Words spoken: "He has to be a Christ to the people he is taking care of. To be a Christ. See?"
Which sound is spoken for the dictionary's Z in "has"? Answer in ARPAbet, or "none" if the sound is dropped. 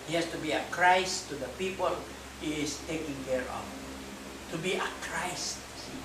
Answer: S